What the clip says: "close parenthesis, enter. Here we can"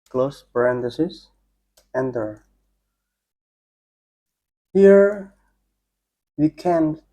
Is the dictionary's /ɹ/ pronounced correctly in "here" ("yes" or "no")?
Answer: yes